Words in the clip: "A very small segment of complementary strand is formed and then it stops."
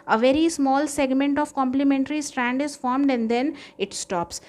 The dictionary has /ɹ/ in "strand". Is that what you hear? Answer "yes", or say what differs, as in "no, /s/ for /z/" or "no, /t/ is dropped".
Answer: yes